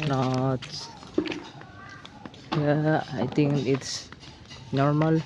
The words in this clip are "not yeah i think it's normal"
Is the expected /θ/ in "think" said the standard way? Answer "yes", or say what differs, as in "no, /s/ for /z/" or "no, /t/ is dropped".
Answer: no, /t/ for /θ/